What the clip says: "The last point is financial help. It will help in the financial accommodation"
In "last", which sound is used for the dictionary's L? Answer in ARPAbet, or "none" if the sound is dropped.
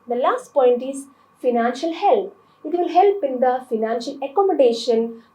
L